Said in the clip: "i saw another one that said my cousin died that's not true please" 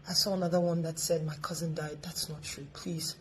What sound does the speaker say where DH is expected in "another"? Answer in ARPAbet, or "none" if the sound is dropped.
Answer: DH